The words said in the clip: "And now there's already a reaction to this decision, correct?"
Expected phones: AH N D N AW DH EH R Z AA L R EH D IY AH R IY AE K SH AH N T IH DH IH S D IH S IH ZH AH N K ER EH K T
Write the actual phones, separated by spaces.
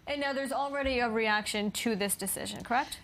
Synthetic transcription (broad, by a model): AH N N AW DH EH R Z L R EH D IY AH R IY AE K SH AH N T IH DH IH S D IH S IH ZH AH N K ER EH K T